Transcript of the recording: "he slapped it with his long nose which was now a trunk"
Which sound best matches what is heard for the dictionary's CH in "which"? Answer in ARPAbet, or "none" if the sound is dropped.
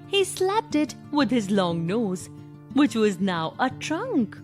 CH